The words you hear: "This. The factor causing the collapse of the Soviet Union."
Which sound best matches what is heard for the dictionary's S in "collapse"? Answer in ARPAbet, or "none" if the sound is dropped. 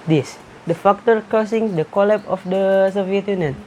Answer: none